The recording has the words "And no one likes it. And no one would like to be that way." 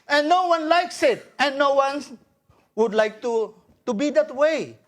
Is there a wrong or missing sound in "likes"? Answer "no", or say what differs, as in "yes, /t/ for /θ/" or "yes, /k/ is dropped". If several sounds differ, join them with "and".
no